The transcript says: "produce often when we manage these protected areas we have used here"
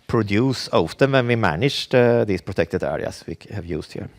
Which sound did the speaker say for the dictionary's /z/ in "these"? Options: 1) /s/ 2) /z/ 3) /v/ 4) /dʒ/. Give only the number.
1